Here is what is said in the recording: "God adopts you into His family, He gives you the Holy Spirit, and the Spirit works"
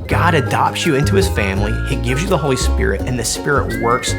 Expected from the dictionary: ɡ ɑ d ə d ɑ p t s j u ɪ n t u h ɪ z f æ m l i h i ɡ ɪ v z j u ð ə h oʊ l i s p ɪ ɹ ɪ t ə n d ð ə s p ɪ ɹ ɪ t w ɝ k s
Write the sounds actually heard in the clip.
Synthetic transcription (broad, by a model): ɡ ɑ d ə d ɑ p t s j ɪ ɪ n t u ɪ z f æ m l i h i ɡ ɪ v z j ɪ ð ə h oʊ l i s p ɪ ɹ ɪ t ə n ð ə s p ɪ ɹ ɪ t w ɝ k s